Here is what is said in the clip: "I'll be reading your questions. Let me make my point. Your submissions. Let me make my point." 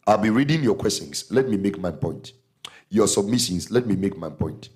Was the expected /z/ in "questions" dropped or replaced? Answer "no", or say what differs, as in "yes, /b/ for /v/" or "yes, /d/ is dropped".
yes, /s/ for /z/